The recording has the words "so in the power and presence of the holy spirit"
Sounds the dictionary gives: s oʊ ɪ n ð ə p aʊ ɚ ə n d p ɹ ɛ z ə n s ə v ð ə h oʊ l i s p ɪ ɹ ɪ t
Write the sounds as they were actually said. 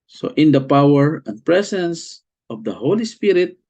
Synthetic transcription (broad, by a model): s oʊ ɪ n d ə p aʊ ɚ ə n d p ɹ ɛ s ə n s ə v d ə h oʊ l i s p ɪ ɹ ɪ t